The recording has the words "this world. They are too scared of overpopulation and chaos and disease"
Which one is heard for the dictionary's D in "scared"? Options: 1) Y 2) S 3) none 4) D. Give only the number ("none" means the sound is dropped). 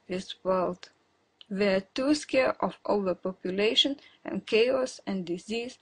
3